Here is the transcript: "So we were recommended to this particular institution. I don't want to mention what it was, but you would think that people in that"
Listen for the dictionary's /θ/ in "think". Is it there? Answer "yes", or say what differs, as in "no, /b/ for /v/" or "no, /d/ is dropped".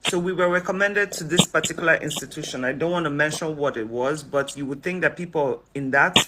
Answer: yes